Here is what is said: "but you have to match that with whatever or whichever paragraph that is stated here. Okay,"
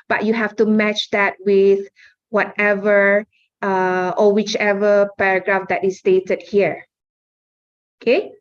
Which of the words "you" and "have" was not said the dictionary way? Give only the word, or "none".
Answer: have